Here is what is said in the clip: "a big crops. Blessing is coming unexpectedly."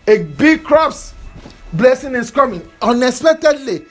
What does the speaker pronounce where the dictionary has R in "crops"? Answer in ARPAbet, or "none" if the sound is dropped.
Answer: R